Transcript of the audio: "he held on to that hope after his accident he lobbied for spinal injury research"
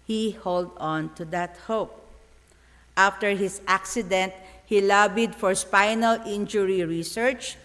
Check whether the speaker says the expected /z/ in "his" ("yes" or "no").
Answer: no